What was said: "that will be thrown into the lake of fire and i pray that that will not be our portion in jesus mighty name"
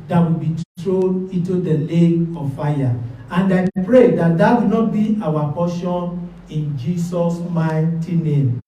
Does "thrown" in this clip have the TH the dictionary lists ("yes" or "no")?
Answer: no